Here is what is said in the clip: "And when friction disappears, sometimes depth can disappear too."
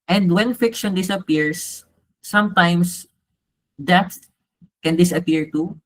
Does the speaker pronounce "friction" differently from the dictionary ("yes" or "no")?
yes